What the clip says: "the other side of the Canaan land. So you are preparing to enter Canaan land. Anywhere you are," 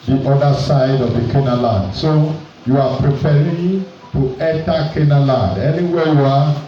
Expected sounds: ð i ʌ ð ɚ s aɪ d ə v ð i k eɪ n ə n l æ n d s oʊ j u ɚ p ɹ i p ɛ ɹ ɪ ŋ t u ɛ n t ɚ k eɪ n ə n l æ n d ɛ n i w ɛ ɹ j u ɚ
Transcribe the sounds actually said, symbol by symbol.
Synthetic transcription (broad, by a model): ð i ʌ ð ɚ s aɪ d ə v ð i k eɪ n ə l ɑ n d s oʊ j u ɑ p ɹ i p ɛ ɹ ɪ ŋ t u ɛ t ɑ k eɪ n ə l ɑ n d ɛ n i w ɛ j u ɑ